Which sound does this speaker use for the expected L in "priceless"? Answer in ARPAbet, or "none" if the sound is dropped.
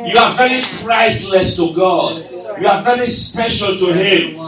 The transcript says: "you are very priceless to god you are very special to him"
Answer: L